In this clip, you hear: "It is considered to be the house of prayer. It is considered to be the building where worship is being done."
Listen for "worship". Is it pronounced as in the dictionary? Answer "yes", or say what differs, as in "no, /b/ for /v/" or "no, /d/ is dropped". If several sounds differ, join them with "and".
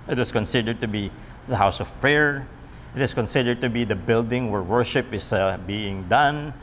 yes